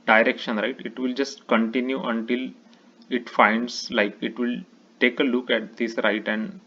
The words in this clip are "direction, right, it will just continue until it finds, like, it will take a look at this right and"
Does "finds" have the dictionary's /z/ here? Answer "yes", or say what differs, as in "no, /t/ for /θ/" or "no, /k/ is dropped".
no, /s/ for /z/